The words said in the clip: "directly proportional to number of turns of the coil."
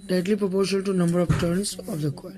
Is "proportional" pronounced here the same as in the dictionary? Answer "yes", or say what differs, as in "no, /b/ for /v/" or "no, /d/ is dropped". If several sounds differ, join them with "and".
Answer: no, /n/ is dropped